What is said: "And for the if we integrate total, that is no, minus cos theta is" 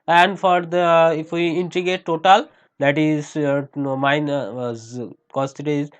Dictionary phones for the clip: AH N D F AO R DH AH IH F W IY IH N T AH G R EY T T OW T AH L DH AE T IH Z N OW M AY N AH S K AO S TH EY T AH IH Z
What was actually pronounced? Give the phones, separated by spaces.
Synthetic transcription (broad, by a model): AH N D F AO R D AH IH F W IY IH N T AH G EY T T OW T AH L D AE T IH Z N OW M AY N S K AO S T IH T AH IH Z